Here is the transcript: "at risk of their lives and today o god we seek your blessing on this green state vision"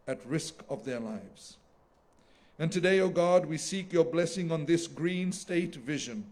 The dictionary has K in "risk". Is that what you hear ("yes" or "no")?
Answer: yes